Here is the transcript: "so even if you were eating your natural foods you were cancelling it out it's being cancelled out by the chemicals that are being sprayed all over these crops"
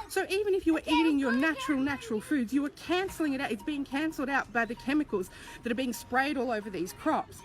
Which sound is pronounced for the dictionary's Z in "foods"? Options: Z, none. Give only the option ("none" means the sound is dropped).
Z